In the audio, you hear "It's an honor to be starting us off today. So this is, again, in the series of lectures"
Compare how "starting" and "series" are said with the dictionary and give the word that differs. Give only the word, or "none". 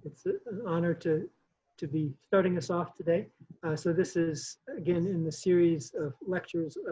none